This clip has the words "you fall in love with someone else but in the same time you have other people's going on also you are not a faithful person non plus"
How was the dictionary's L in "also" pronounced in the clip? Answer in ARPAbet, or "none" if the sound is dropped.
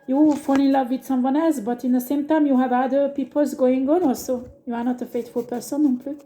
L